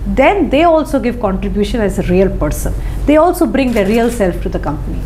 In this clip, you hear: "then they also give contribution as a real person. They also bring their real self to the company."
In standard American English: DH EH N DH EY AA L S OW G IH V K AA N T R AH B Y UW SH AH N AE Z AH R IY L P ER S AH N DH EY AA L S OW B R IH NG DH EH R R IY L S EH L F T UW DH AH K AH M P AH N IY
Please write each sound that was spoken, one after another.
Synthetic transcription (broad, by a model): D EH N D EY AA L S OW G IH V K AA N T R AH B Y UW SH AH N AE Z AH R IY L P ER S AH N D EY AA L S OW B R IH NG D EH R R IY L S EH L F T UW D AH K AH M P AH N IY